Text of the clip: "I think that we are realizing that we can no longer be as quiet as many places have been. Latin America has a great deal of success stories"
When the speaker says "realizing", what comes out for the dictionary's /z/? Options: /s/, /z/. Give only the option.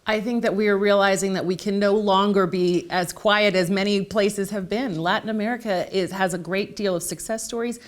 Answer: /z/